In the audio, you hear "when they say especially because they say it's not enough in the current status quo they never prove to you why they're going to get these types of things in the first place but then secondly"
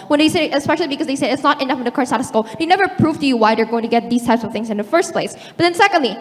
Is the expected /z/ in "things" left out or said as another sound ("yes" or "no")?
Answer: no